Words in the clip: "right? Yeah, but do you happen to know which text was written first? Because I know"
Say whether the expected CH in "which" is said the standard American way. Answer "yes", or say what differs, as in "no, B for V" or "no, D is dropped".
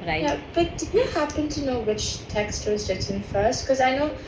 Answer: yes